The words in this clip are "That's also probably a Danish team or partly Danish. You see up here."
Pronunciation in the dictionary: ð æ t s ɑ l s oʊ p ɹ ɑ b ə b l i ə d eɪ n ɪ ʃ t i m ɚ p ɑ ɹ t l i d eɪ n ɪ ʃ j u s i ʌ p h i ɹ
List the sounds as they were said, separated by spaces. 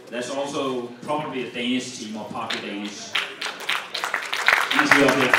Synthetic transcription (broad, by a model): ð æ t s ɑ l s oʊ p ɹ ɑ b ə b l i ə d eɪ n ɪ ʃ t i m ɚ p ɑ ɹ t i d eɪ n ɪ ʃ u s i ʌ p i